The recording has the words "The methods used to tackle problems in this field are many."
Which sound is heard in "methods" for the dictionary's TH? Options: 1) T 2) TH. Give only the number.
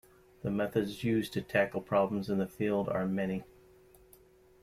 2